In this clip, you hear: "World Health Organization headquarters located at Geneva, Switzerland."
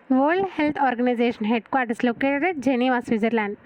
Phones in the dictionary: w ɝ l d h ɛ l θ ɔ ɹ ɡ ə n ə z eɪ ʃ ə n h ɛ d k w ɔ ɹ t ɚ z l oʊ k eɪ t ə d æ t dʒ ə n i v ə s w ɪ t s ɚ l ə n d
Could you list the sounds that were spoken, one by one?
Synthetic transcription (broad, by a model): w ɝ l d h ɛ l t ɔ ɹ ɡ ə n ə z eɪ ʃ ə n h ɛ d k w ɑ ɹ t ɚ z l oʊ k eɪ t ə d dʒ ə n i v ə s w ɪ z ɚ l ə n d